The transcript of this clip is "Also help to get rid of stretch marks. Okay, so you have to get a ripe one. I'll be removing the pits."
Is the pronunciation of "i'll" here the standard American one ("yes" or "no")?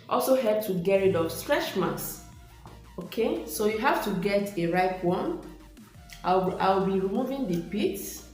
no